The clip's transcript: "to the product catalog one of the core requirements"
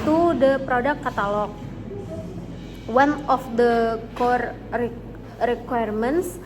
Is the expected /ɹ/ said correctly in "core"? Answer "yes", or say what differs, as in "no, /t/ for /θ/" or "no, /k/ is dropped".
yes